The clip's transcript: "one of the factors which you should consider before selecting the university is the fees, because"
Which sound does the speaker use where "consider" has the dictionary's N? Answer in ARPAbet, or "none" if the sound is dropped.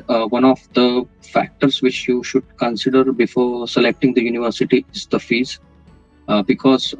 N